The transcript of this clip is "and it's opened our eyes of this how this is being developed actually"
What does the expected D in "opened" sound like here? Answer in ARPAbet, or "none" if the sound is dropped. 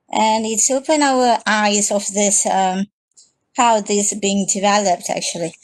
none